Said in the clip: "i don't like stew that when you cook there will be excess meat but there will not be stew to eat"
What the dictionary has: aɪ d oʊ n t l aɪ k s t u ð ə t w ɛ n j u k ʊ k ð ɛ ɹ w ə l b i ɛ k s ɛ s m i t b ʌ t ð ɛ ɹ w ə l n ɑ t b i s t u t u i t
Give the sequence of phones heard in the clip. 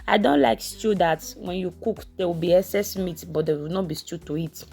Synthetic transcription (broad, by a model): aɪ d oʊ n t l aɪ k s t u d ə t w ɛ n j u k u k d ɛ w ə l b i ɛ s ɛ s m i t b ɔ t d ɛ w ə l n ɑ b i s t u t u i t